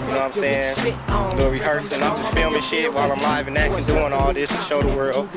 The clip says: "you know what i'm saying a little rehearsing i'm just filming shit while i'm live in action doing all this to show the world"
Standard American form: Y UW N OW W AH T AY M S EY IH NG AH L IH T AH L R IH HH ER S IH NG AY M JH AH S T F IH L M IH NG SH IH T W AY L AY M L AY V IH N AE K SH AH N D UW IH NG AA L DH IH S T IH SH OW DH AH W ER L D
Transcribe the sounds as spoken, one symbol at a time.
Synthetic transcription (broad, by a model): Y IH N OW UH AY M S EY IH NG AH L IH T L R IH HH ER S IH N AY M JH AH S T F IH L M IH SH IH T W AY L AY M L AY V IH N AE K AH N D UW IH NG AA L DH IH S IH SH OW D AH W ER L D